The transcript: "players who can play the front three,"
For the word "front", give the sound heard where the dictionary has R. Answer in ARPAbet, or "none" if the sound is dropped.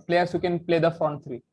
none